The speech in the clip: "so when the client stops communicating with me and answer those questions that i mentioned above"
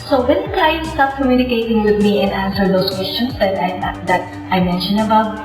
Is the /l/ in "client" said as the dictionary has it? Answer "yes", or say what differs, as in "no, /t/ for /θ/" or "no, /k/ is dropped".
no, /l/ is dropped